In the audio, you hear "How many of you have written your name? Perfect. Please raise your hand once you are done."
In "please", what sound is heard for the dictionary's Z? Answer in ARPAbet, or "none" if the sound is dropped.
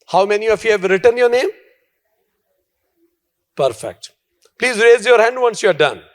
Z